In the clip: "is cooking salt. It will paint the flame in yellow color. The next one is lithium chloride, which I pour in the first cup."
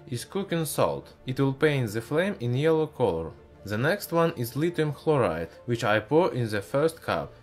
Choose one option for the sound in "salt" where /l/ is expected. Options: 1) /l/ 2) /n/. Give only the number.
1